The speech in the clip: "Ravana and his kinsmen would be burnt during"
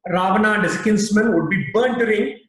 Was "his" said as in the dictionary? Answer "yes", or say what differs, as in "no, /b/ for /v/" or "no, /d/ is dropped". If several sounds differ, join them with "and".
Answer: no, /s/ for /z/